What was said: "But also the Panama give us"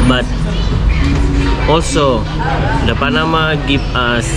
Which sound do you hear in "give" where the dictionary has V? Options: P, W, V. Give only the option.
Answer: P